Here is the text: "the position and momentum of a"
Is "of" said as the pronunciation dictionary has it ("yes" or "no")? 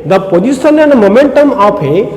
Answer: no